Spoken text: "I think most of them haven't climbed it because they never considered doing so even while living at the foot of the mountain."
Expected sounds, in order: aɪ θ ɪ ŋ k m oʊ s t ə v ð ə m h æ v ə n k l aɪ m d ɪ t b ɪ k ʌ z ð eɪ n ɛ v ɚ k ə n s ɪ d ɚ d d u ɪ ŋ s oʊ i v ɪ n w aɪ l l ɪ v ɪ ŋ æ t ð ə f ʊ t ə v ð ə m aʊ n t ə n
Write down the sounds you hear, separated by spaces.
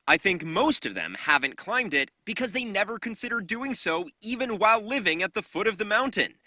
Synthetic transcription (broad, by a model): aɪ θ ɪ ŋ k m oʊ s t ə v ð ə m h æ v ə n k l aɪ m d ɪ t b ɪ k ʌ z ð eɪ n ɛ v ɚ k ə n s ɪ d ɚ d d u ɪ ŋ s oʊ i v ɪ n w aɪ l l ɪ v ɪ ŋ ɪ t ð ə f ʊ t ə v ð ə m aʊ n t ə n